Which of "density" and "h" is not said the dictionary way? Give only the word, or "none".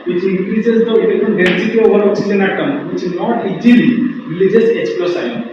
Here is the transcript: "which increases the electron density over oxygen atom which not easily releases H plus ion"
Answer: h